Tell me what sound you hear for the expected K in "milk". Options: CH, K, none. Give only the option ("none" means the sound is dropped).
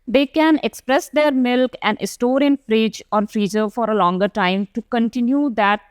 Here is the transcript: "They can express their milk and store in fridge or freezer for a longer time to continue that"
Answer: K